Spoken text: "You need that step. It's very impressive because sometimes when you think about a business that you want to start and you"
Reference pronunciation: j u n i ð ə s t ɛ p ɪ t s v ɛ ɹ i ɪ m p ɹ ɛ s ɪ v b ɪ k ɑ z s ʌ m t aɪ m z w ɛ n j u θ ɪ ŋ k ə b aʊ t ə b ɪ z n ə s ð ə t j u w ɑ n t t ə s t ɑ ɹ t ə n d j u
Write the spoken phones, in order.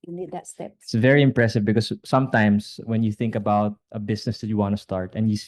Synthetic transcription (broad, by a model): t s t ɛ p ɪ t s v ɛ ɹ i ɪ m p ɹ ɛ s ɪ v b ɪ k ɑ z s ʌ m t aɪ m s w ɛ n j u θ ɪ ŋ k ə b aʊ t ə b ɪ s n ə s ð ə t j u w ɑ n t t ə s t ɑ ɹ t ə n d j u